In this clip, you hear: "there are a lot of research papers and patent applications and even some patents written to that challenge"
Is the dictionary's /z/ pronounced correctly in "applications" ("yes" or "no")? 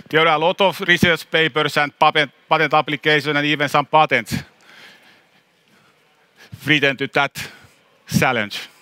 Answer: no